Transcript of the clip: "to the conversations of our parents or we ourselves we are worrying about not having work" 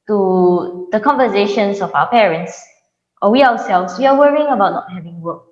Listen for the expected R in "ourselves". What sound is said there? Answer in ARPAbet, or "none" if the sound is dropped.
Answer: W